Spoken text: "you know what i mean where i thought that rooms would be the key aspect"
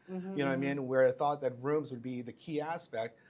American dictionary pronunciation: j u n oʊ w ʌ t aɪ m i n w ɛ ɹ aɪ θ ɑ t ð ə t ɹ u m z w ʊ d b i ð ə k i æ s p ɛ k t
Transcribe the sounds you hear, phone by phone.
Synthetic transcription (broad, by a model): j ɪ n oʊ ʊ aɪ m i n w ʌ ɹ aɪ θ ɑ t ð ə t ɹ u m z w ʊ d b i ð ə k i æ s p ɛ k t